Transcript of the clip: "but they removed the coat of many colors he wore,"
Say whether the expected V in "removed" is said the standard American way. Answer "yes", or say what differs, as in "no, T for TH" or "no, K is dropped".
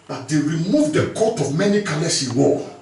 yes